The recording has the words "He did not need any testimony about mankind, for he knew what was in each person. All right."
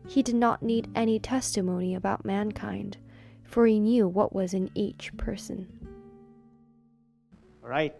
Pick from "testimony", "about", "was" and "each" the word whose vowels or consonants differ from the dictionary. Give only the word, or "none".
none